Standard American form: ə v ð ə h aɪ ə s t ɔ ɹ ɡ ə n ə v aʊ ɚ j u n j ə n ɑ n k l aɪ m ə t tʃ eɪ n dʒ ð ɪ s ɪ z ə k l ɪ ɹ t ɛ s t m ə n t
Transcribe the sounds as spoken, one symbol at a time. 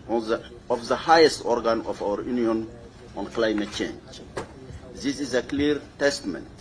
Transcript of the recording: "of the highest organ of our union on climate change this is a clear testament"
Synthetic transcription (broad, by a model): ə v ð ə h aɪ ə s t ɔ ɹ ɡ ə n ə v aʊ ɚ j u n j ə n ɑ n k l aɪ m ə t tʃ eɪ n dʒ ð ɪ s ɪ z ə k l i ɹ t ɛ s t m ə n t